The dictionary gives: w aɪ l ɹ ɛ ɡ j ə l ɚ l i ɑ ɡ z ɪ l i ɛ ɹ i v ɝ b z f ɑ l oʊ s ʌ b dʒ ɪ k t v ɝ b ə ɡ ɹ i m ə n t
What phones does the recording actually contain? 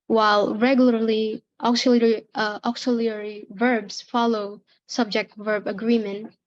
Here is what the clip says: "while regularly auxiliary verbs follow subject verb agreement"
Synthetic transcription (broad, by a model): w aɪ l ɹ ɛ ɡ j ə l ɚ l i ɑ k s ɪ l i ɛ ɹ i v ɝ b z f ɑ l oʊ s ʌ b dʒ ɪ k t v ɝ b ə ɡ ɹ i m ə n t